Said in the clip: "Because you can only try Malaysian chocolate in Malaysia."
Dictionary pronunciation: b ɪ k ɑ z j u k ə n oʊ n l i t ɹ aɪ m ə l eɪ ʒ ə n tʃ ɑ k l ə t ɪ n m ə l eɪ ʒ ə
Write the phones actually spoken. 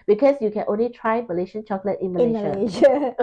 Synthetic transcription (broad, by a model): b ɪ k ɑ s j u k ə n oʊ n l i t ɹ aɪ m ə l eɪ ʃ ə n tʃ ɑ k l ə t ɪ n m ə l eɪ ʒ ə